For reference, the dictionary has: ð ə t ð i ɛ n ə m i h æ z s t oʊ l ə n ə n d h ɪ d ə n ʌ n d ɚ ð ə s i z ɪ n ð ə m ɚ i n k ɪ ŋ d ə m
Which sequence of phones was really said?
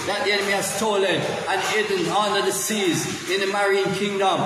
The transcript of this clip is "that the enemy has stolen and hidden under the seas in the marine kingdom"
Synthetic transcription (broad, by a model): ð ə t ð i ɛ n ə m i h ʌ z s t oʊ l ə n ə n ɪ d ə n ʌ n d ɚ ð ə s i z ɪ n ð ə m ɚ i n k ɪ ŋ d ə m